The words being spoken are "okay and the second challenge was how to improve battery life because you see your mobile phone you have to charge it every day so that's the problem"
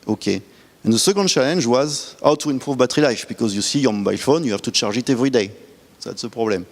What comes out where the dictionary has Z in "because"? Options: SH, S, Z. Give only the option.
Z